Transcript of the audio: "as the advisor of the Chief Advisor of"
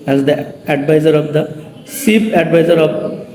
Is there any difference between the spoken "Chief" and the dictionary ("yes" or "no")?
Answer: yes